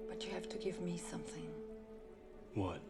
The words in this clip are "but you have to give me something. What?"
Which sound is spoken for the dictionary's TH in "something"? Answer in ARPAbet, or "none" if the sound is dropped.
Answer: TH